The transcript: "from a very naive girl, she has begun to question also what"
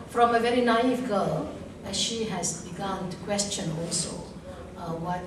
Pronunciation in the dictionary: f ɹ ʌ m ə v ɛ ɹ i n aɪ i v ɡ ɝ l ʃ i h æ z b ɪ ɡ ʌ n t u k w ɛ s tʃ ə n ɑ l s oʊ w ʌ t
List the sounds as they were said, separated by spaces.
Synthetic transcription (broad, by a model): f ɹ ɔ m ə v ɛ ɹ i n aɪ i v ɡ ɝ l ʃ i h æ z b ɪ ɡ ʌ n t u k w ɛ s tʃ ə n ɑ l s oʊ w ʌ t